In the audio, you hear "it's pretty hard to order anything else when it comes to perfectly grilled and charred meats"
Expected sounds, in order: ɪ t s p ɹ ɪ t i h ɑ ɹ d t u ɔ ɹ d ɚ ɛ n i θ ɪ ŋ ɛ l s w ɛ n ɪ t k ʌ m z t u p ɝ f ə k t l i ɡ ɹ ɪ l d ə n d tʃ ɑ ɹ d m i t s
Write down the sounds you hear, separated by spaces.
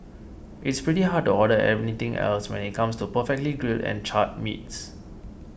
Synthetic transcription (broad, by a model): ɪ t s p ɹ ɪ t i h ɑ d t u ɔ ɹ d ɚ ɛ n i t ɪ ŋ ɛ l s w ɛ n ɪ t k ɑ m s t u p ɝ f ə k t l i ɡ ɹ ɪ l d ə n tʃ ɑ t m i t s